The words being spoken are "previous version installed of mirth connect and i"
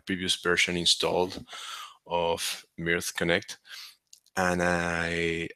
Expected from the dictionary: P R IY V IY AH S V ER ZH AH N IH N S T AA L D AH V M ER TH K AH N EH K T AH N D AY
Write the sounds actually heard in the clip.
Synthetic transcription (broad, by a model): P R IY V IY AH S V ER SH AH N IH N S T AA L D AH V M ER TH K AH N EH K T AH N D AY